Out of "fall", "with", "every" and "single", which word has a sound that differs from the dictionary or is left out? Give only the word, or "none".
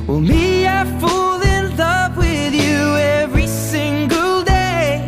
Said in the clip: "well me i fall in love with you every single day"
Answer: none